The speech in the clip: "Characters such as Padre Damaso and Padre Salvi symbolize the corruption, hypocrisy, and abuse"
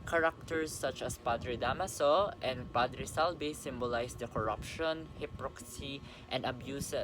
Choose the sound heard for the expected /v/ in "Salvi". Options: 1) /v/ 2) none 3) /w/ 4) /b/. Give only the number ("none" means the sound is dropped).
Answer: 4